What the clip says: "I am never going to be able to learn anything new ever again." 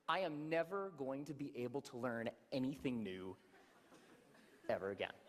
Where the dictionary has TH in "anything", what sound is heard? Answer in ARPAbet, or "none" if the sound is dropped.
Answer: TH